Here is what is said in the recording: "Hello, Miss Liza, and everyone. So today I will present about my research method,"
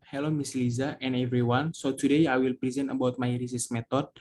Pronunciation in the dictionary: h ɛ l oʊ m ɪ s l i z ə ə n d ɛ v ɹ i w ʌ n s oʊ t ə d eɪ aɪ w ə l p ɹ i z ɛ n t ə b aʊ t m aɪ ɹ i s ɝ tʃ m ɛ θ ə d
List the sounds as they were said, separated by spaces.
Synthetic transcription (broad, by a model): h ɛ l oʊ m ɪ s l i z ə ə n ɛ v ɹ i w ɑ n s oʊ t ə d eɪ aɪ w ə l p ɹ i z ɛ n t ə b aʊ t m aɪ ɹ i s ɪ s m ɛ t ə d